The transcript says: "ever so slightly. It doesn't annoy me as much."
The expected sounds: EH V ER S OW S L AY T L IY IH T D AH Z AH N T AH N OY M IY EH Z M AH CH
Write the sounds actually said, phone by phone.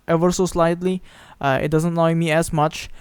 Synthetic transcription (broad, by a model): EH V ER S OW S L AY T L IY IH T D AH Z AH N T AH IH M IY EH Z M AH CH